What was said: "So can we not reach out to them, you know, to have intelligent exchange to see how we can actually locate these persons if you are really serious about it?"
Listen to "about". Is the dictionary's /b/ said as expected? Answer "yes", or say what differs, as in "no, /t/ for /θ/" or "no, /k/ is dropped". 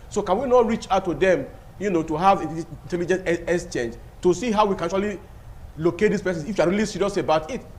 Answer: yes